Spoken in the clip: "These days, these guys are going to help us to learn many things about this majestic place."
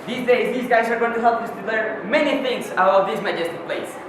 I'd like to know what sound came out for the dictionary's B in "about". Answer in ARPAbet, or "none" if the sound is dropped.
none